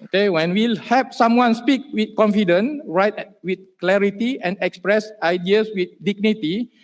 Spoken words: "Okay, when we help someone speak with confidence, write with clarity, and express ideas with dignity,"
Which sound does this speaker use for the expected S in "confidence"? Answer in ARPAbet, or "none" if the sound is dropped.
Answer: none